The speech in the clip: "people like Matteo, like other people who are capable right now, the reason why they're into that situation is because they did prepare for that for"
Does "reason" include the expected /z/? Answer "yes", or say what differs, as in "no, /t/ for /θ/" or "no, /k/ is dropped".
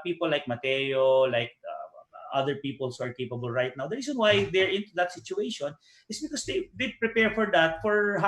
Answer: no, /s/ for /z/